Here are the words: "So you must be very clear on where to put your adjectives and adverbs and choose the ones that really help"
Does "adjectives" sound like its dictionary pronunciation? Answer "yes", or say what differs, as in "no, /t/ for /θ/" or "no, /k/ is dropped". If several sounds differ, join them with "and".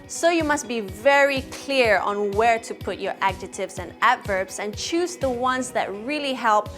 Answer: no, /k/ is dropped